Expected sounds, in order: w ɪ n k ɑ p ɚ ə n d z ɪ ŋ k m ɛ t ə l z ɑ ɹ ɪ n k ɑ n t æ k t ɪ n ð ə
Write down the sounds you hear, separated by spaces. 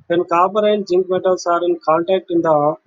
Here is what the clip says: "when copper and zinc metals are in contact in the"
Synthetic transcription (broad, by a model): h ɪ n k ɑ b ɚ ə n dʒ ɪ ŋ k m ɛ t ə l s ɑ ɹ ɪ n k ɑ n t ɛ k t ɪ n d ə